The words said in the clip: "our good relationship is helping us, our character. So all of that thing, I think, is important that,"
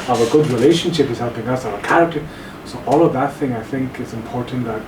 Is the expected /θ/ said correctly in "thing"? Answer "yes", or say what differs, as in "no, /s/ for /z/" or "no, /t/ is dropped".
yes